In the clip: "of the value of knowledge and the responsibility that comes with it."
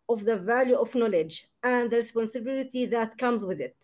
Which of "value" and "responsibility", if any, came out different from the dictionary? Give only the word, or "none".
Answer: none